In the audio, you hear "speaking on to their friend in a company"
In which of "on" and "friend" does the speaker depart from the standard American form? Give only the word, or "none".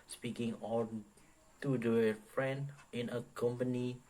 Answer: on